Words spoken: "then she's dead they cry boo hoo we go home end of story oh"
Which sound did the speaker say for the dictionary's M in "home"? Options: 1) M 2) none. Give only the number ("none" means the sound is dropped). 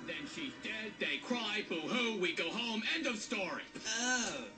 1